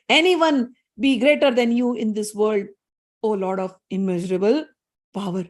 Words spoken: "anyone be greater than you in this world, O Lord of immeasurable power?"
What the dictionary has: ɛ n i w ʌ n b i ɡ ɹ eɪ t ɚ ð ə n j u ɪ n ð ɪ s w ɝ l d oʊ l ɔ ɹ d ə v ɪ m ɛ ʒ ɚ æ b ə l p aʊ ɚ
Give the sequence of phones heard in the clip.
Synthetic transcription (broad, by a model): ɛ n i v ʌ n b i ɡ ɹ eɪ t ɚ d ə n j u ɪ n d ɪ s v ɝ l d oʊ l ɔ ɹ d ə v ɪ m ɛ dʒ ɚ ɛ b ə l p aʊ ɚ